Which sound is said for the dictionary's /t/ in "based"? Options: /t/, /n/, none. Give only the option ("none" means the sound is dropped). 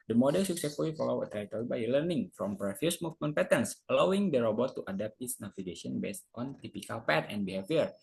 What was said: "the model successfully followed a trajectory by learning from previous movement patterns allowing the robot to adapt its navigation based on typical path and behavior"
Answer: /t/